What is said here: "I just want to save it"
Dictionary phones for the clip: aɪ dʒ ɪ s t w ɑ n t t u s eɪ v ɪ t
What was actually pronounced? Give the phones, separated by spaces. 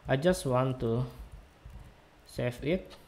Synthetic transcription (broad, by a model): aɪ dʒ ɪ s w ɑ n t t u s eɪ f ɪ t